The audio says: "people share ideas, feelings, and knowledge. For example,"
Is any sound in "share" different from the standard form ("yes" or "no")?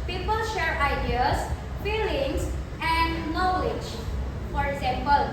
no